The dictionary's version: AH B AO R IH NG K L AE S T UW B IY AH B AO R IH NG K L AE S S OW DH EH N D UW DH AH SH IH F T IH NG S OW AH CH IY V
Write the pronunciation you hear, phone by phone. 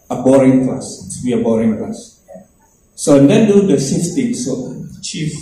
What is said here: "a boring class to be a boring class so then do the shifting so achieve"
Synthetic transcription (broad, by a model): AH B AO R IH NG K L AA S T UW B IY AH B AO R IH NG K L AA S S OW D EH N D UW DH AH S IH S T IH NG S OW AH CH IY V